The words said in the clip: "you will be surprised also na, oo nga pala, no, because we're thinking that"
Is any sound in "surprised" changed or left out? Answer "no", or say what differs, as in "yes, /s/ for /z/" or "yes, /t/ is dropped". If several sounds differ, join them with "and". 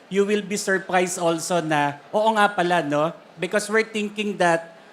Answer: yes, /s/ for /z/